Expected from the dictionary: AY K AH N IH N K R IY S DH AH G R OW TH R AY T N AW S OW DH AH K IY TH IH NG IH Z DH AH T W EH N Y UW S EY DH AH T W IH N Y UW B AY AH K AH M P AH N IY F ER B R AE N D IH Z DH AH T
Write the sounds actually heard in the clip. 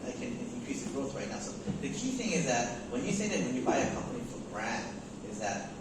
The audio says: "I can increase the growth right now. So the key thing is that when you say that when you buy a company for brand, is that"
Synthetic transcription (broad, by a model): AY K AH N IH N K R IY S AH G R OW TH R AY T N AW S OW DH AH K IY TH IH NG IH Z DH AH T W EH N Y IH S EY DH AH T W IH N Y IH B AY AH K AH M P AH N IY F ER B R AE N D IH Z DH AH T